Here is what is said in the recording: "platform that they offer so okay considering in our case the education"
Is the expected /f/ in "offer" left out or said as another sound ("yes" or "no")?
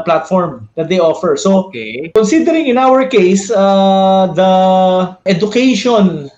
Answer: no